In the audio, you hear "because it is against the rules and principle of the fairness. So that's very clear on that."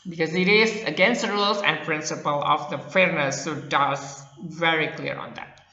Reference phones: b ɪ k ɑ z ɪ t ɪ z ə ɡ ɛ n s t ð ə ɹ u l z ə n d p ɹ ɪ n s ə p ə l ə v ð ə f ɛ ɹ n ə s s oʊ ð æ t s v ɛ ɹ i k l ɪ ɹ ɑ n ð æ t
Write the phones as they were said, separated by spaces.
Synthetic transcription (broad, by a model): b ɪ k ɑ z ɪ t ɪ z ə ɡ ɛ n s t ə ɹ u l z ə n d p ɹ ɪ n s ə p ə l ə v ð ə f ɛ ɹ n ə s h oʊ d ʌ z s v ɛ ɹ i k l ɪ ɹ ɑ n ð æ t